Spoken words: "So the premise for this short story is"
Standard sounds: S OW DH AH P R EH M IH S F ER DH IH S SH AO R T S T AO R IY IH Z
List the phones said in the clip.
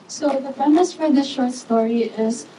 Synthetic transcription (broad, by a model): S OW DH AH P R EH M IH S F ER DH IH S SH AO R T S T AO R IY IH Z